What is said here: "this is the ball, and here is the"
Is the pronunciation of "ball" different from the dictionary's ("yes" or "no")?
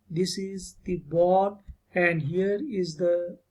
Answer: yes